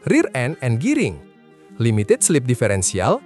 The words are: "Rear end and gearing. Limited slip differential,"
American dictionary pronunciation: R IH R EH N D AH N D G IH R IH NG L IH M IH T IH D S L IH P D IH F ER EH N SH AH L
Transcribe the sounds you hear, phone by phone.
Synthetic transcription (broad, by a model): R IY R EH N AH N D G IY R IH NG L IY M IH T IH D S L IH P D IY F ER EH N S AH L